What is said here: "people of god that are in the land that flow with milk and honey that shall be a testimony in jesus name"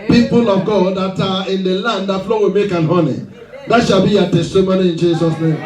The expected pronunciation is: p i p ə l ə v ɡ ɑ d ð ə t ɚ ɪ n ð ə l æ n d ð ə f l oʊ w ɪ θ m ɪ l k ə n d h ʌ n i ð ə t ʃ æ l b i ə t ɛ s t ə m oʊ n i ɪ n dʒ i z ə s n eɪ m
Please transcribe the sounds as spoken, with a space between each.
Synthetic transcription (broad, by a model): p i p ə l ə v ɡ ɑ d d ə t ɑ ɪ n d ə l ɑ n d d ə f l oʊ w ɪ m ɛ k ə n h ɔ n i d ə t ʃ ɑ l b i ə t ɛ s t ə m oʊ n i ɪ n dʒ i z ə s n eɪ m